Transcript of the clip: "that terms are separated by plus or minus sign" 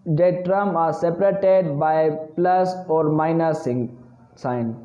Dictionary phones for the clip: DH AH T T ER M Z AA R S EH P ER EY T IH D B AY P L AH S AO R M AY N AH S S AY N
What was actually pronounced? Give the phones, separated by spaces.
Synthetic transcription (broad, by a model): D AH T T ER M AA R S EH P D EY T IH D B AY P L AH S AO R M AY N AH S S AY N